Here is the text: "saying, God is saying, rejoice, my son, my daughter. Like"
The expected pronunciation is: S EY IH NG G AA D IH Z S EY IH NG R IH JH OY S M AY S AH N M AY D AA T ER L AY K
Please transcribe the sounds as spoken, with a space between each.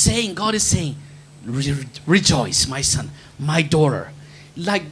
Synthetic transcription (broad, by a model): S EY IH NG G AA D IH Z S EY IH NG R IH JH OY S M AY S AH N M AY D AA T ER L AY K